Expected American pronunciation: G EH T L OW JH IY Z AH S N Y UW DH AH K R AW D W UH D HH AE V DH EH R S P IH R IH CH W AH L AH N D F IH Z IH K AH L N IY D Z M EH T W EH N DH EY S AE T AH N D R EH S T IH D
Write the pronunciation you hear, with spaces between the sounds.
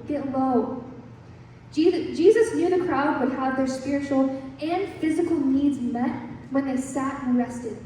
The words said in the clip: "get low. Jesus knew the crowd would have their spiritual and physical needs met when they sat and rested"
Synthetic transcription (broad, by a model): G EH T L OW JH IY Z AH S N Y UW DH AH K R AW D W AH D HH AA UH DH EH R S P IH R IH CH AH L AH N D F IH Z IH K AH L N IY D Z M EH T W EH N DH EY S AE T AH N R EH S T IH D